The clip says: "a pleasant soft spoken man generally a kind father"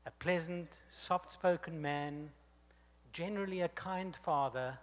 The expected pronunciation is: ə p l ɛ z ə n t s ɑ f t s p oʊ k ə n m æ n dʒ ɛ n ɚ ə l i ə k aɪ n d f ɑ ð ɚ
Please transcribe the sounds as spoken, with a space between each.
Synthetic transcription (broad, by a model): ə p l ɛ z ə n t s ɑ f t s p oʊ k ə n m æ n dʒ ɛ n ɚ ə l i ə k aɪ n d f ɑ ð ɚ